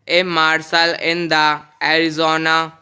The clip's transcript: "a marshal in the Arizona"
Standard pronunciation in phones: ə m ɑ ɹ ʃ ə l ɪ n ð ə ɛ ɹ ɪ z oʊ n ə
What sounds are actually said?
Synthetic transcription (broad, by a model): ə m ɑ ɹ s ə l ɪ n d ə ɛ ɹ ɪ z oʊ n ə